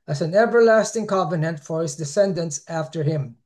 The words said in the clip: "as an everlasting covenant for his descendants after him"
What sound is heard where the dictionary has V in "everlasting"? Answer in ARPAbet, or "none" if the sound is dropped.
V